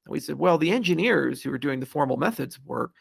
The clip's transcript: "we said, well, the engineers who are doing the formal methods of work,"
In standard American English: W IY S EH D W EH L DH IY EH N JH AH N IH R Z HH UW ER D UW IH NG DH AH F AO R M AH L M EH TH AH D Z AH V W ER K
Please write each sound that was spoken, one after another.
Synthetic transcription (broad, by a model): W IY S EH D W EH L DH IY EH N JH AH N IH R Z HH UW ER D UW IH NG DH AH F AO R M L M EH TH AH D Z AH V W ER K